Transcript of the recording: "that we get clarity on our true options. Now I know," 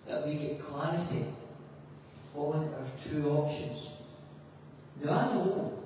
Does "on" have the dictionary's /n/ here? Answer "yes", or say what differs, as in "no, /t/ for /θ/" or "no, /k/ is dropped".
no, /l/ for /n/